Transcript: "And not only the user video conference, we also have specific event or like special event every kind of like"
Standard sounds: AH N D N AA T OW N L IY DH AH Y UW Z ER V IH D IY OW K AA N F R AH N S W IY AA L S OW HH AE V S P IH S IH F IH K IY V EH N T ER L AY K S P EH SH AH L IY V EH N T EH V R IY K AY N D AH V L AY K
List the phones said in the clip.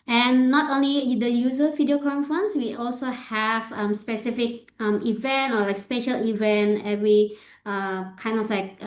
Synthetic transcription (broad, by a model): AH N N AA T OW N L IY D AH Y UW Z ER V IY D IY OW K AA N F AH N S W IY AA L S OW HH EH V S P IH S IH F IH K IY V EH N T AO L AY K S P EH SH AH L IY V EH N T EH V R IY K AY N D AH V L AY K